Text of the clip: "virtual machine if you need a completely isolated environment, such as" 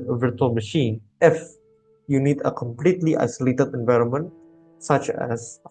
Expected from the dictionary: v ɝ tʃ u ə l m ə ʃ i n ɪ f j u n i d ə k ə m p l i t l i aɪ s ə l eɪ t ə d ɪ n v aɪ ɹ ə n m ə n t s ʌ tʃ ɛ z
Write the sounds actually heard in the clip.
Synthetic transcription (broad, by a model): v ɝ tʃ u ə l m ə ʃ i n ɪ f j u n i d ə k ə m p l i t l i aɪ s ə l eɪ t ə d ɪ n v aɪ ɹ ə n m ə n t s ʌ tʃ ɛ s